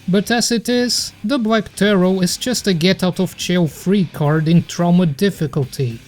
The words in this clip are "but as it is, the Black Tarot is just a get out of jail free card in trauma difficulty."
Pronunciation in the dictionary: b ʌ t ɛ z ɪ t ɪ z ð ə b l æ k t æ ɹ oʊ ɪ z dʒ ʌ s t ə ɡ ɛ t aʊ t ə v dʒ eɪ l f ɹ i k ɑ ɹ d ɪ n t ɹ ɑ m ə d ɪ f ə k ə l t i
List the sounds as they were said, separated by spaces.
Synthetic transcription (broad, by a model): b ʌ t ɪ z ɪ t ɪ z ð ə b l æ k t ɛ ɹ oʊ ɪ z dʒ ʌ s t ə ɡ ɛ t aʊ t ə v tʃ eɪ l f ɹ i k ɑ ɹ d ɪ n t ɹ ɑ m ə d ɪ f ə k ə l t i